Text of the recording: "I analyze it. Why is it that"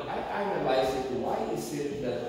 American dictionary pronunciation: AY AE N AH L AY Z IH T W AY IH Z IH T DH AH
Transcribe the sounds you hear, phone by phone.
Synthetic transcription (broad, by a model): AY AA AH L AY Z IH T W AY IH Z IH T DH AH